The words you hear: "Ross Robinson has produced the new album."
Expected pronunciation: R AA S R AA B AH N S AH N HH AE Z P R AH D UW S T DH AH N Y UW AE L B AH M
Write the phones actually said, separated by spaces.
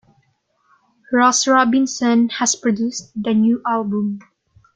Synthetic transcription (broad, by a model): R AA S R AA B AH N S AH N HH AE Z P R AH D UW S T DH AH N Y UW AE L B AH M